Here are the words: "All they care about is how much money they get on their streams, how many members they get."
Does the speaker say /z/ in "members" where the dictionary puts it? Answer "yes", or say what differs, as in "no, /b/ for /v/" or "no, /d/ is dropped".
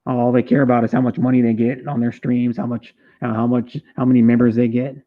yes